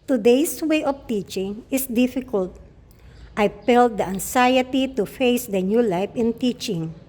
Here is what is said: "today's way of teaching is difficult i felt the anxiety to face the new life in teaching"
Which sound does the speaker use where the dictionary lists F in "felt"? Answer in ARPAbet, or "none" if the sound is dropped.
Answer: P